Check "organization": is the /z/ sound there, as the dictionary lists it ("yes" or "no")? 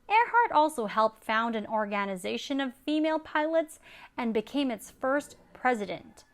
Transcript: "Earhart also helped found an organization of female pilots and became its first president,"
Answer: yes